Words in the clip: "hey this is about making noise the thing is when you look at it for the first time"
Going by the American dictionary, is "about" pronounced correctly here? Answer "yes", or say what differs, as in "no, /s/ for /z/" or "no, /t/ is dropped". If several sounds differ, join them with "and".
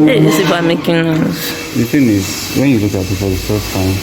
no, /b/ is dropped